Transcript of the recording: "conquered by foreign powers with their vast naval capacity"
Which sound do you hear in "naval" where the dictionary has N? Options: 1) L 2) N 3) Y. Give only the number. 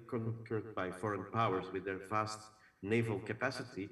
2